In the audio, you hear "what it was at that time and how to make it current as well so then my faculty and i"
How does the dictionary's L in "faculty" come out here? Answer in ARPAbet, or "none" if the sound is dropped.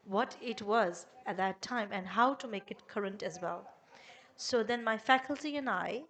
L